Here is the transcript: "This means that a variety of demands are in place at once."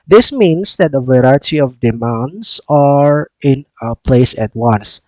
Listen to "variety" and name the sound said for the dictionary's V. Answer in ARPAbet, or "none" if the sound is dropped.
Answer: V